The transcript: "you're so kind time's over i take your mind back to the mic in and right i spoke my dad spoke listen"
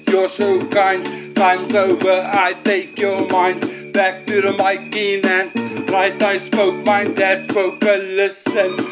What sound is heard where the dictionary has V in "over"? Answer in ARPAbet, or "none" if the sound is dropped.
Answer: V